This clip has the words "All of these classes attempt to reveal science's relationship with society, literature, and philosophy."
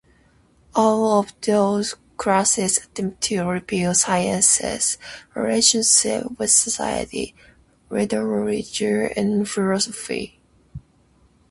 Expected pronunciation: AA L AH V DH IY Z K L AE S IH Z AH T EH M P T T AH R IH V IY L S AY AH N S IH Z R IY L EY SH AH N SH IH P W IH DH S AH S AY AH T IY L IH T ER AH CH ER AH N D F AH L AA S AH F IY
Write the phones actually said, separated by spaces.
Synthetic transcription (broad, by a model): AA L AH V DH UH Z K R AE S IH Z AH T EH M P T T AH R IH P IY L S AY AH N S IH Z R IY L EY SH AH N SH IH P W IH DH S AH S AY AH T IY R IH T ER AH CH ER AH N F AH L AA S AH F IY